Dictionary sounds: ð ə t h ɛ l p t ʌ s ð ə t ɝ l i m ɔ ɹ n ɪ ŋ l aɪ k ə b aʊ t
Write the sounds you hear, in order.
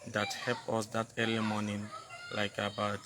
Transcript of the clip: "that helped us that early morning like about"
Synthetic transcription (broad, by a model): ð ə t h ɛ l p ʌ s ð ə t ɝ l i m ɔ n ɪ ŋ l aɪ k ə b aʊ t